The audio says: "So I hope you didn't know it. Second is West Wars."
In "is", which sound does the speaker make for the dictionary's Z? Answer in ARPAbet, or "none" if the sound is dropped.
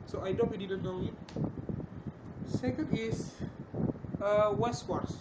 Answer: S